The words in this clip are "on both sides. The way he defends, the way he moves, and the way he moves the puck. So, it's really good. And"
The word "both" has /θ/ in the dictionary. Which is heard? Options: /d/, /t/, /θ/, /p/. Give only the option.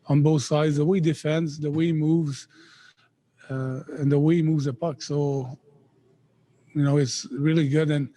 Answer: /θ/